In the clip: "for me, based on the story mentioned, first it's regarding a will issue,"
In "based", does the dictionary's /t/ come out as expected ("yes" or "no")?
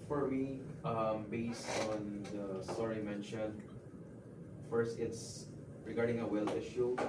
yes